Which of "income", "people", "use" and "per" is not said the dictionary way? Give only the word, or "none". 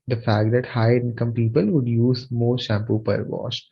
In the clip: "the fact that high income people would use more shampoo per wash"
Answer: none